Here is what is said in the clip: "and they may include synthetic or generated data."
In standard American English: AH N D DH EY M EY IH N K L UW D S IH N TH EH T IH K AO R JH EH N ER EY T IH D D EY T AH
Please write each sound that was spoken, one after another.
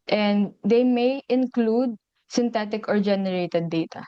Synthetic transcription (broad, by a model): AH N D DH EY M EY IH N K L UW D S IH N T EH T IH K AO R JH EH N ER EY T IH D D EY T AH